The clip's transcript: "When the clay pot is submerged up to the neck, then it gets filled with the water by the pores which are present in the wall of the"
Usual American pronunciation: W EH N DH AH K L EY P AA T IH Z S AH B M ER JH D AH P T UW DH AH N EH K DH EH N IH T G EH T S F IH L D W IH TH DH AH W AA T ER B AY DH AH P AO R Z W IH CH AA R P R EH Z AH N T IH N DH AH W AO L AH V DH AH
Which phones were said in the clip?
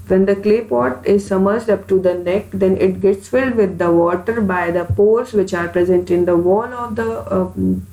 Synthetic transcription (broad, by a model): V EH N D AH K L EY P AA T IH Z S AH M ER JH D AH P T UW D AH N EH K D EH N IH T G EH T S F IH L D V IH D AH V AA T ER B AY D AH P AO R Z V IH CH AA R P R EH Z AH N T IH N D AH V AO L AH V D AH